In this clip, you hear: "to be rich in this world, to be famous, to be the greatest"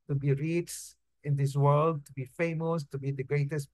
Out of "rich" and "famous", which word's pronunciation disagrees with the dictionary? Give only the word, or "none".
rich